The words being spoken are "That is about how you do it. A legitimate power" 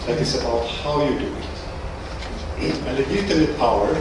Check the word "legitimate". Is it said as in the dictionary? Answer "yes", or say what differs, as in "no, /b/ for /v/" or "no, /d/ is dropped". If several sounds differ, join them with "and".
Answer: no, /n/ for /l/ and /m/ is dropped